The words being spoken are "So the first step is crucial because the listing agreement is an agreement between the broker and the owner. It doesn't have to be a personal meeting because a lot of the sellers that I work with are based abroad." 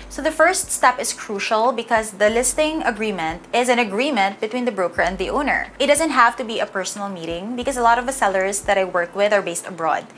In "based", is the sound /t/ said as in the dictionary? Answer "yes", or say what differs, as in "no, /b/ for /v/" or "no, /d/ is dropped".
yes